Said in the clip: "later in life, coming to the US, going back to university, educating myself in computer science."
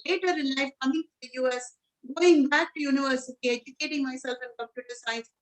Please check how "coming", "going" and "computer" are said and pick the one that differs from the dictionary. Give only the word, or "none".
computer